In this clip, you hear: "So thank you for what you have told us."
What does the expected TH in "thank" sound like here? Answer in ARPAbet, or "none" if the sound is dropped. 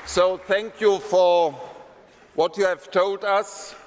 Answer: TH